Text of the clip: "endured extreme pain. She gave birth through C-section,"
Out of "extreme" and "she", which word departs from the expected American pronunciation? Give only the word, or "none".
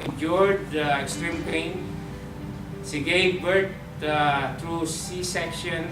she